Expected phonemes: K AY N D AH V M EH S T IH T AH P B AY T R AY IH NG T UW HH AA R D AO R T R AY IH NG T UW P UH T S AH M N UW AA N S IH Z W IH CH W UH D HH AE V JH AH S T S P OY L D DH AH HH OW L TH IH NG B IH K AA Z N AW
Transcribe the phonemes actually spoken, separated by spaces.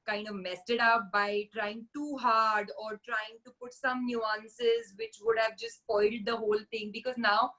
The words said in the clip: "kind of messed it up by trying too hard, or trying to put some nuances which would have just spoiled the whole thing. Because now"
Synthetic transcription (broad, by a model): K AY N D AH V M EH S T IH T AH P B AY T R AY IH NG T UW HH AA R D AO R T R AY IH NG T UW P UH T S AH M N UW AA N S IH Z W IH CH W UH D HH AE V JH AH S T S P OY L D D AH HH OW L T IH NG B IH K AA Z N AW